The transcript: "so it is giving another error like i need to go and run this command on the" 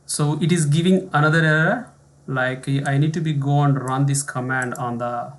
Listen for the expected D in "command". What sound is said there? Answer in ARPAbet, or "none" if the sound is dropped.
D